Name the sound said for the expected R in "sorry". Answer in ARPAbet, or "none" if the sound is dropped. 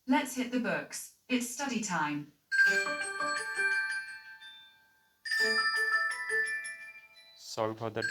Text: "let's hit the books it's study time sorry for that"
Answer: none